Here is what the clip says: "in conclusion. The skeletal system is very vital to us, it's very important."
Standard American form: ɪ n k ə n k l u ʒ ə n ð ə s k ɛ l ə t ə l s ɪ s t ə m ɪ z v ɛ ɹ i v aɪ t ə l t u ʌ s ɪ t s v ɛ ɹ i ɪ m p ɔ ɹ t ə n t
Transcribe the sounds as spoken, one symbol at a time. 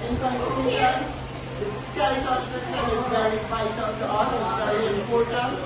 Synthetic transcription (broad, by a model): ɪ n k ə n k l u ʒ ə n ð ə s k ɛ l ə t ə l s ɪ s t ə m ɪ z v ɛ ɹ i f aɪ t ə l t u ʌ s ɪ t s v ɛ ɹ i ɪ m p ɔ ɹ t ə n